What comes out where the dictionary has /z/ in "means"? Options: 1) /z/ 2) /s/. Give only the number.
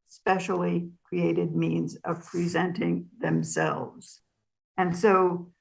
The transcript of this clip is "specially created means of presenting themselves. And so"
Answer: 1